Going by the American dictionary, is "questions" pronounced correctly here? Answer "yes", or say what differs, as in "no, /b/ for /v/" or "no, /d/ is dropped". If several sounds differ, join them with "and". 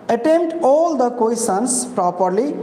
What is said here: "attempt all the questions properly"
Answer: no, /tʃ/ is dropped and /s/ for /z/